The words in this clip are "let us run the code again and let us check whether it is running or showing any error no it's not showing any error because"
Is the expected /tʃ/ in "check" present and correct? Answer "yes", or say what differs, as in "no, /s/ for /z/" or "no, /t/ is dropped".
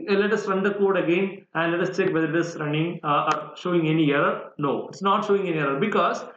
yes